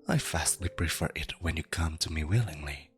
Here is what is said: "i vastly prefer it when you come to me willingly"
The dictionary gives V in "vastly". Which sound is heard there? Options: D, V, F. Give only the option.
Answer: F